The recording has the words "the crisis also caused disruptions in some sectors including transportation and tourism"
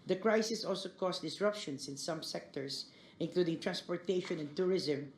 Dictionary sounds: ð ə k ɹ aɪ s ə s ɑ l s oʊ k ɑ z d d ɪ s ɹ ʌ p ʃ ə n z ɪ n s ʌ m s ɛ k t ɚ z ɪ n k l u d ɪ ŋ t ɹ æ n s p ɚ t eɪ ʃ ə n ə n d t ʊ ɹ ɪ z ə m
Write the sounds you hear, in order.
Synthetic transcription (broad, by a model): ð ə k ɹ aɪ s ə s ɑ l s oʊ k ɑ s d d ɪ s ɹ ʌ p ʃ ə n s ɪ n s ʌ m s ɛ k t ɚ s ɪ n k l u d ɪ ŋ t ɹ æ n s p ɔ t eɪ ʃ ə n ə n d t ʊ ɹ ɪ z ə m